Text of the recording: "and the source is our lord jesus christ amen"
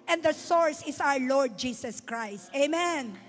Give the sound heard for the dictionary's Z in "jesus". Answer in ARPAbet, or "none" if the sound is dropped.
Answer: S